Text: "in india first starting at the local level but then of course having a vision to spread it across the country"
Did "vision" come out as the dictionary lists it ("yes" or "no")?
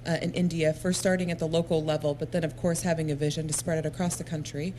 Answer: yes